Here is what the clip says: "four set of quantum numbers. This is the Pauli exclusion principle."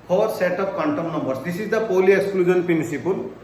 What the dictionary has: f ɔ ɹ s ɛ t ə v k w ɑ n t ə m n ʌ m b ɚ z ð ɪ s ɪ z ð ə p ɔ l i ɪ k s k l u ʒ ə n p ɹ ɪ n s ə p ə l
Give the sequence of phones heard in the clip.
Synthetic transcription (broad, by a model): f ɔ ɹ s ɛ t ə p k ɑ n t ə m n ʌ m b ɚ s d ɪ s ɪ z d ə p ɔ l i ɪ k s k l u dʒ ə n p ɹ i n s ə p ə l